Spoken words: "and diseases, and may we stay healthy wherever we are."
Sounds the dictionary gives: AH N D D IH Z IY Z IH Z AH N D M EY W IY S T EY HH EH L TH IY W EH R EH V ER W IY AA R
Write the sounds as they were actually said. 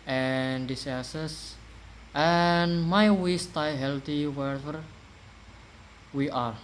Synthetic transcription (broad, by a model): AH N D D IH S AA S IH S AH N M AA W IY S T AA HH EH L T IY W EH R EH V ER W IY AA R